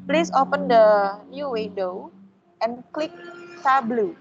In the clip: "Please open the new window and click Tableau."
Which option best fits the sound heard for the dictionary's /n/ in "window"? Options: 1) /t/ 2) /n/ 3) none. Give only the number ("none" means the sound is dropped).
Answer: 3